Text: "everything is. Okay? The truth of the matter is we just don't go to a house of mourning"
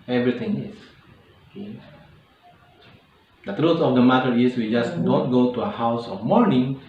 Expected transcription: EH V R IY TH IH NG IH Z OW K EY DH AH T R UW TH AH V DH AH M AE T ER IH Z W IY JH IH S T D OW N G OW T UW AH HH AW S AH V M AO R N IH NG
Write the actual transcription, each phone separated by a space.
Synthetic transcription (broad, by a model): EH V R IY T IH NG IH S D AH T R UW T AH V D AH M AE T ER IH S W IY JH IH S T D OW N G OW T UW AH HH AW S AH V M AO R N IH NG